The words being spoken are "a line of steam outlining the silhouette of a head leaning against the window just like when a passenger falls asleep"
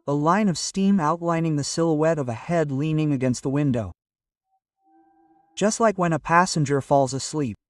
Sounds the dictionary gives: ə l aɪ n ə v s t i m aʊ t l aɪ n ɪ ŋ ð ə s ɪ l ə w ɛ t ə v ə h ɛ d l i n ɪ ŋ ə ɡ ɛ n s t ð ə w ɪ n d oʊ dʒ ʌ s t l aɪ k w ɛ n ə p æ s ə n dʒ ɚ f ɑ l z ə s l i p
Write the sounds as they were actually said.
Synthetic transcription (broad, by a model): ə l aɪ n ə v s t i m aʊ t l aɪ n ɪ ŋ ð ə s ɪ l ə w ɛ t ə v ə h ɛ d l i n ɪ ŋ ə ɡ ɛ n s t ð ə w ɪ n d oʊ dʒ ʌ s t l aɪ k w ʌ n ə p æ s ə n dʒ ɚ f ɑ l z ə s l i p